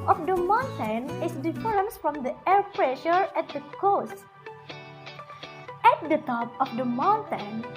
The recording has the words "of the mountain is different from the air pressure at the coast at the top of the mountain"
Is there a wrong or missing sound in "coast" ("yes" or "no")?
no